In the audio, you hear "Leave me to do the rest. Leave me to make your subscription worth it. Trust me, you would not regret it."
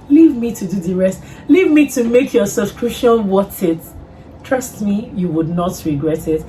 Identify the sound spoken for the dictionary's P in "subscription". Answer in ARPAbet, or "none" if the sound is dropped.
none